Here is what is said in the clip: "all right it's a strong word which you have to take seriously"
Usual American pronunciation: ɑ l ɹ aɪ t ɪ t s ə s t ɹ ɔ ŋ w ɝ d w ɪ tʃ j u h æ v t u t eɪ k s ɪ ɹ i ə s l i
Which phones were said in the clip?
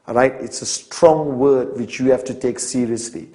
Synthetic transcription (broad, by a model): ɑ ɹ aɪ t ɪ t s ə s t ɹ ɔ ŋ w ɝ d w ɪ tʃ j u h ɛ f t u t eɪ k s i ɹ i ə s l i